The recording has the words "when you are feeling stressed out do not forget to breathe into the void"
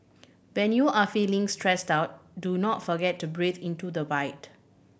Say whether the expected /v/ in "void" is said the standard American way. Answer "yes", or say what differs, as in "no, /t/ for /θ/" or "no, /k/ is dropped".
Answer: no, /b/ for /v/